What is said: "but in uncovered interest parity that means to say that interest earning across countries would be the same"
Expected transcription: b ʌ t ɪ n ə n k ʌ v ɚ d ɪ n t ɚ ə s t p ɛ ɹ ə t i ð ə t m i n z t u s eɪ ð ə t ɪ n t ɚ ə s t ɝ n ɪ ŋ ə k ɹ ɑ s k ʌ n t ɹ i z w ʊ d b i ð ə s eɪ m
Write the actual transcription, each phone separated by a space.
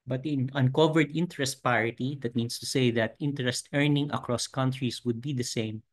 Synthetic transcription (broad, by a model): b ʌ t ɪ n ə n k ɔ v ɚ d ɪ n t ɚ ə s t p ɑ ɹ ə t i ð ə t m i n s t u s eɪ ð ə t ɪ n t ɚ ə s t ɝ n ɪ ŋ ə k ɹ ɑ s k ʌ n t ɹ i s w ʊ d b i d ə s eɪ m